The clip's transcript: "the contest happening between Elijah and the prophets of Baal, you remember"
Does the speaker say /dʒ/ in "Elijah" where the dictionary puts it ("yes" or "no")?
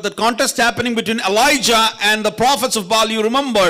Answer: yes